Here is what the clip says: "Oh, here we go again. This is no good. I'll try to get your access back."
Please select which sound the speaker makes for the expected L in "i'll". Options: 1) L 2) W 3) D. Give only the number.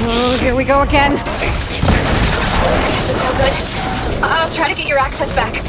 1